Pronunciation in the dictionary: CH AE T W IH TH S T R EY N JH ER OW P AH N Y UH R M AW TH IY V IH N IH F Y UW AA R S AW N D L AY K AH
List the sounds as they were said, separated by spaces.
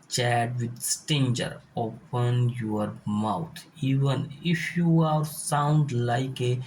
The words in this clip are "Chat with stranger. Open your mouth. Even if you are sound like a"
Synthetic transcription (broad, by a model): CH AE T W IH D S T EY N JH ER OW P AH N Y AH R M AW T IY V IH N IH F Y UW AA R S AW N D L AY K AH